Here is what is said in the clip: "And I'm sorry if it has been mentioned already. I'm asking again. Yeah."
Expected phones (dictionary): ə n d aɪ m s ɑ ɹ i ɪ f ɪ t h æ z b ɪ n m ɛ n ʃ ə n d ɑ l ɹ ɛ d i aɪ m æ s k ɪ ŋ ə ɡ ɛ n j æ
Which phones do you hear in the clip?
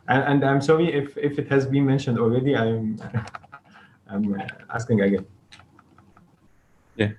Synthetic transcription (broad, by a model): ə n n aɪ m s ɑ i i ɪ f ɪ t h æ z b ɪ n m ɛ n ʃ ə n d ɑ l ɹ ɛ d i aɪ m æ s k ɪ ŋ ə ɡ ɛ n j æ